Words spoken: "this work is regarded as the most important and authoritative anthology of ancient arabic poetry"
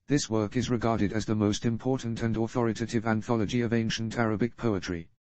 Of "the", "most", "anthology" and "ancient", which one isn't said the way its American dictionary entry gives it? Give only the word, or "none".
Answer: none